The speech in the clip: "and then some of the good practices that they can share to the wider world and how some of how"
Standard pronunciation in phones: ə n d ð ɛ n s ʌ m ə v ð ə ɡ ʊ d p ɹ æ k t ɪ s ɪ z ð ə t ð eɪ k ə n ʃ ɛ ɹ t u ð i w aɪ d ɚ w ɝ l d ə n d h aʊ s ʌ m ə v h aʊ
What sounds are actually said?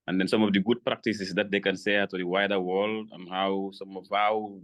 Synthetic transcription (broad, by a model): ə n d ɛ n s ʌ m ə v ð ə ɡ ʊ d p ɹ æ k t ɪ s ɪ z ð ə t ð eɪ k ə n s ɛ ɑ t u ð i w aɪ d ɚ w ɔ l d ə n h aʊ s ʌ m ə v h aʊ